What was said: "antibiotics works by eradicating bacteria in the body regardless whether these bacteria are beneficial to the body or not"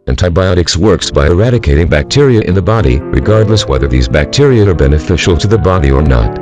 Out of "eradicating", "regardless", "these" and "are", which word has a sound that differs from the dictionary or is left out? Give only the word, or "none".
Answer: none